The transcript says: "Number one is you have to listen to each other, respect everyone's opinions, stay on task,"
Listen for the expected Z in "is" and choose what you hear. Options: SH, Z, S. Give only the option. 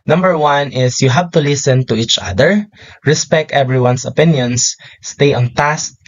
S